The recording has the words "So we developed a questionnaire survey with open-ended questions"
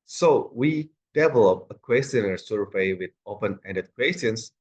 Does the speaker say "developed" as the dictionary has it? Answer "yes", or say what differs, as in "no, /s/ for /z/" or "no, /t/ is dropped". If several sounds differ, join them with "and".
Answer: no, /t/ is dropped